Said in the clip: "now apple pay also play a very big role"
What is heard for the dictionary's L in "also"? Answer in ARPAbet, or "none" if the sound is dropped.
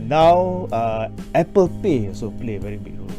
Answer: none